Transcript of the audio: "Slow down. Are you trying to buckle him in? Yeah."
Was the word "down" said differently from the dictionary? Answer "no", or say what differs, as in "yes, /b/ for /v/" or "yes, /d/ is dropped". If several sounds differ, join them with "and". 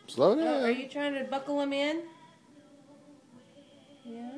yes, /n/ is dropped